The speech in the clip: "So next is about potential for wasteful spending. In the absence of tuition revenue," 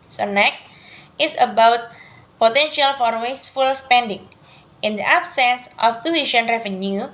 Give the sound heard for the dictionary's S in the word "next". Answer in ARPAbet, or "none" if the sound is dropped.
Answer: S